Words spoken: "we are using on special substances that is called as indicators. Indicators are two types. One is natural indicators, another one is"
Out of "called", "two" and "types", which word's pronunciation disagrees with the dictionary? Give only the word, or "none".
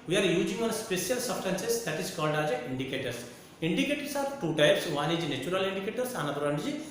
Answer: none